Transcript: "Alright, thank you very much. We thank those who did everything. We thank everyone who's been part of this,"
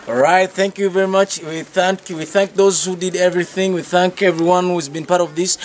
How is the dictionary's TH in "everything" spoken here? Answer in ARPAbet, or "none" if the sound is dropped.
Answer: TH